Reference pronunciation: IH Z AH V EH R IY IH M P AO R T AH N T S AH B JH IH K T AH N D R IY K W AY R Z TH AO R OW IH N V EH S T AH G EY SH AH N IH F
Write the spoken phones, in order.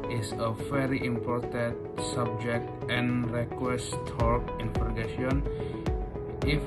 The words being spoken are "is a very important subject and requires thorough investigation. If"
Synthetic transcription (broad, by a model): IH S AH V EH R IY IH M P AO R T AH N T S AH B JH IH K T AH N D R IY K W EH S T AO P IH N F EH T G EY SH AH N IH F